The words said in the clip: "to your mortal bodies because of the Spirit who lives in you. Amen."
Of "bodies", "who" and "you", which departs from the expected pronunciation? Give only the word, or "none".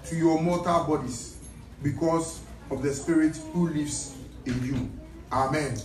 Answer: bodies